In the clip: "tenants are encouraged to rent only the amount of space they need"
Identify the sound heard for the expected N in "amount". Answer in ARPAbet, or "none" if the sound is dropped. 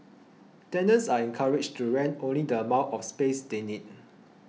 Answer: none